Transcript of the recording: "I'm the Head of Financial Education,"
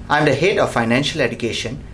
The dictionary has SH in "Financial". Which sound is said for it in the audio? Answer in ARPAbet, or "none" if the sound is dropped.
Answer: SH